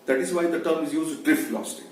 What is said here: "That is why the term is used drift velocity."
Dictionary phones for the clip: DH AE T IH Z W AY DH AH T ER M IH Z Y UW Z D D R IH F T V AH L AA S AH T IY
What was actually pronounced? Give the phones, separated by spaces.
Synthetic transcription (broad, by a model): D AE T IH Z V AY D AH T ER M IH Z Y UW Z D D R IH F T L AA S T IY